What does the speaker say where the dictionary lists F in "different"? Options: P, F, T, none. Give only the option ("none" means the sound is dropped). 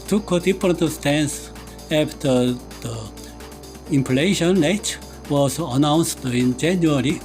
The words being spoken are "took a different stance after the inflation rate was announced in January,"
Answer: P